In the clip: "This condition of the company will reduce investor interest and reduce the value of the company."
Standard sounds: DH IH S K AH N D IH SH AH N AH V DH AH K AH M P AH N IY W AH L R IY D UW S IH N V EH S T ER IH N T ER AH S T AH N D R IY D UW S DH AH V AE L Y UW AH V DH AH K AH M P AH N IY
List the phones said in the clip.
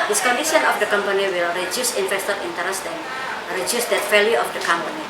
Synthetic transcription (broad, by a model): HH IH S K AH N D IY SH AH N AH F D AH K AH M P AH N IY W AH L R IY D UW S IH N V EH S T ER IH N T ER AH S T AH N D R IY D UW S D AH F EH L Y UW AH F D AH K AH M P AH N IY